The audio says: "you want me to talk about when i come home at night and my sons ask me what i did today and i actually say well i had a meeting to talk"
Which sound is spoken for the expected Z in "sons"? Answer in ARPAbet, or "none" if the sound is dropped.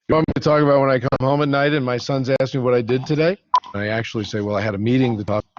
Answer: Z